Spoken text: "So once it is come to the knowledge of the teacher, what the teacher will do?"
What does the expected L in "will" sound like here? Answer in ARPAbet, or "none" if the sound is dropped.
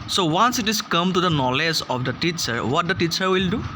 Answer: L